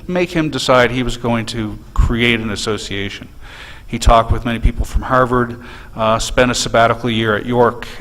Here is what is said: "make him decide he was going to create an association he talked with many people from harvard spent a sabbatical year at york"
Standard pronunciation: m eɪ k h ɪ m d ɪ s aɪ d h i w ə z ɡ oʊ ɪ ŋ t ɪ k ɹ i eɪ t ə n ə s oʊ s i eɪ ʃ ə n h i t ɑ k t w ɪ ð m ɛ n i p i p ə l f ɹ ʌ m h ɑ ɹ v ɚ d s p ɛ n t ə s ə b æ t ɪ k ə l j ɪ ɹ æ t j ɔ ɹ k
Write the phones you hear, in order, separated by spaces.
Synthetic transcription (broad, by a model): m eɪ k h ɪ m d ɪ s aɪ d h i w ə z ɡ oʊ ɪ ŋ t ɪ k ɹ i eɪ t ə n ə s oʊ s i eɪ ʃ ə n i t ɑ k t w ɪ ð m ɛ n i p i p l f ɹ ʌ m h ɑ ɹ v ɚ d s p ɛ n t ə s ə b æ t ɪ k l j ɪ ɹ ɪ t j ɔ ɹ k